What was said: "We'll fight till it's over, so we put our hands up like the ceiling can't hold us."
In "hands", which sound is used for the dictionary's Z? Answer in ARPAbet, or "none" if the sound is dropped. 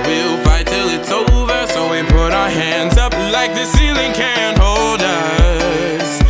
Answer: Z